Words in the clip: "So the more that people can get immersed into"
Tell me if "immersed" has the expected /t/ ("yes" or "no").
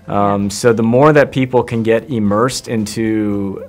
yes